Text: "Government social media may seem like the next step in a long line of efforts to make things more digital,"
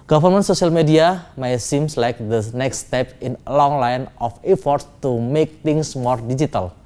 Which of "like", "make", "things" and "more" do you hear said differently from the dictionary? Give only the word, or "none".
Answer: things